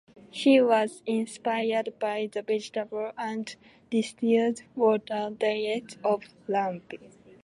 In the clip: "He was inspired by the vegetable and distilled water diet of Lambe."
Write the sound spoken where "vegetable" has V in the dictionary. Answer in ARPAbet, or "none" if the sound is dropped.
B